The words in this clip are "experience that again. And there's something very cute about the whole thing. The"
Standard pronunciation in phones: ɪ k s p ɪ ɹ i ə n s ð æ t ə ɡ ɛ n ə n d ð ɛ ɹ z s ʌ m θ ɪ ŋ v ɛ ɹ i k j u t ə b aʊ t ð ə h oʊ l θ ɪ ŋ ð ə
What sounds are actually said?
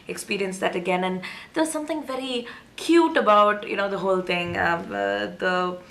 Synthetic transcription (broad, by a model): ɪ k s p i ɹ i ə n s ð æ t ə ɡ ɛ n ə n d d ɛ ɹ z s ʌ m t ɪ ŋ v ɛ ɹ i k j u t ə b aʊ t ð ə h oʊ l t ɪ ŋ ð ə